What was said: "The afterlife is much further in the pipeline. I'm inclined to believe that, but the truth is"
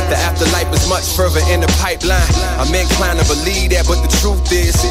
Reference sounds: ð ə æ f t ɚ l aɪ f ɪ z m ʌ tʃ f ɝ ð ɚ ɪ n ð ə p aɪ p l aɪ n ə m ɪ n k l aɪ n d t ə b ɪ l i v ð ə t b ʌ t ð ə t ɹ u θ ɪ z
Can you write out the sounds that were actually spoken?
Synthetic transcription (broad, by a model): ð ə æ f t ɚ l aɪ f ɪ z m ʌ tʃ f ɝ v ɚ ɪ n ð ə p aɪ p l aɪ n ə m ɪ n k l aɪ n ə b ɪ l i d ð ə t b ʌ t ð ə t ɹ u θ ɪ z